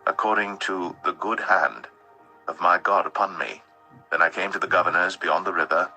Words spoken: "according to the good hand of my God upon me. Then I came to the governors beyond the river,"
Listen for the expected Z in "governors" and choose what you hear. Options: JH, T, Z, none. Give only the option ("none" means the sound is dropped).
Z